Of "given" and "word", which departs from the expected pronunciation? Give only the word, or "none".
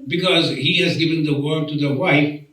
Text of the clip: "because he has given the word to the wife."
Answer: none